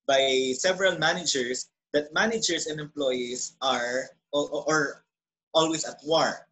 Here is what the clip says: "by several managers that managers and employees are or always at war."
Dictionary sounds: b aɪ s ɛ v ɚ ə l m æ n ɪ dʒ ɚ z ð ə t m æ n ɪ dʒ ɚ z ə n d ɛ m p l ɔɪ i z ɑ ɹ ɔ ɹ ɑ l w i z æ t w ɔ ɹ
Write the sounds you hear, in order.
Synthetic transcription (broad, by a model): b aɪ s ɛ v ɚ ə l m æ n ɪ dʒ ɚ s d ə t m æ n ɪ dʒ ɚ s ə n d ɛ m p l ɔɪ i s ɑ ɹ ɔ ɹ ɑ l w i s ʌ t w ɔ ɹ